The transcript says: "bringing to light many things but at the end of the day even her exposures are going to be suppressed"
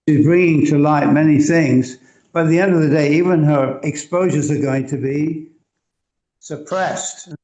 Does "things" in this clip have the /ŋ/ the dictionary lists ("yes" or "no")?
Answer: yes